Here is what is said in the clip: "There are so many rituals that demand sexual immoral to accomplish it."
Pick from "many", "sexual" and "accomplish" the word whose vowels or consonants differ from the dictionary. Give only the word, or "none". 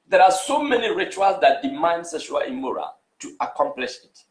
sexual